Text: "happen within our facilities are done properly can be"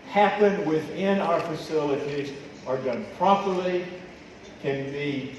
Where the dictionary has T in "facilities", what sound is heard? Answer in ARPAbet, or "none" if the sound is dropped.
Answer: T